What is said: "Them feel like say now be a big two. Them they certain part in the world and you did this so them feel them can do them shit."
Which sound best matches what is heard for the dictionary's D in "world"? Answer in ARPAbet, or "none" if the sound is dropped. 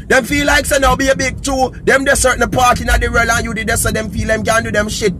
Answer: none